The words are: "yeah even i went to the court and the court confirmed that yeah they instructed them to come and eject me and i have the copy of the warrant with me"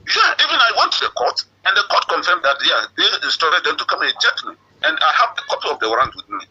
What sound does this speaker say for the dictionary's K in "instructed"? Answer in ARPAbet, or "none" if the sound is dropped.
none